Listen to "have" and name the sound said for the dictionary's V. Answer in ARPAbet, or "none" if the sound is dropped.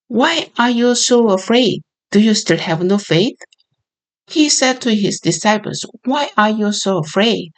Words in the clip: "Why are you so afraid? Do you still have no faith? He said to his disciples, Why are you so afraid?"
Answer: V